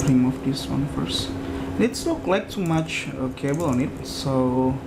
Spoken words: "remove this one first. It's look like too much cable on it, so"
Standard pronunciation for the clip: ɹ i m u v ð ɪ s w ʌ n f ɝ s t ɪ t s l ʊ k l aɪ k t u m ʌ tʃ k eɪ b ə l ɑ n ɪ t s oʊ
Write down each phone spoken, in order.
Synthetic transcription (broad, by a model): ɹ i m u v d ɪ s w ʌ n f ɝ s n ɪ t s n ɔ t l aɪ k t u m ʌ tʃ k eɪ b ə l ɑ n ɪ t s oʊ